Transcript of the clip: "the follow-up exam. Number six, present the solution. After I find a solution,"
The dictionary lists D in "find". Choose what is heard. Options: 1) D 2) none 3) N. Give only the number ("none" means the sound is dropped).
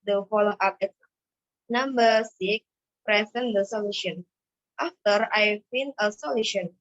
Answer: 2